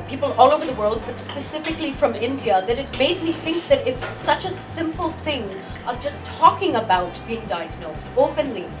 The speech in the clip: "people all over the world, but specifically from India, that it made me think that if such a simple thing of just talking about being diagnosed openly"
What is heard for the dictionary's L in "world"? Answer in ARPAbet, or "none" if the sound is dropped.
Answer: L